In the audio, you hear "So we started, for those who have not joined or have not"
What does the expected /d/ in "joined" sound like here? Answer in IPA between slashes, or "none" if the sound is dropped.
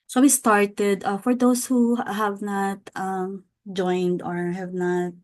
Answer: /d/